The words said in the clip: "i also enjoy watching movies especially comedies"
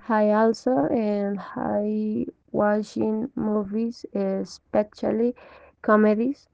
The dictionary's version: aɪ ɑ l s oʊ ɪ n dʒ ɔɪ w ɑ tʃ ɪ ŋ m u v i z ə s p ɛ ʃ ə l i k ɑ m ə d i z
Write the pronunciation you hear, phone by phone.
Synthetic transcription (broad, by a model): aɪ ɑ l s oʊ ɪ n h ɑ w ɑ ʃ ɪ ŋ m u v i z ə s p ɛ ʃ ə l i k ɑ m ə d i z